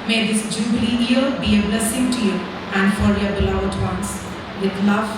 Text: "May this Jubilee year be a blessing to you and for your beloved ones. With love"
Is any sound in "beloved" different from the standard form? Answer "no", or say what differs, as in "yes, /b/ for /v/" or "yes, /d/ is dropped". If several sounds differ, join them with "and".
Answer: yes, /v/ is dropped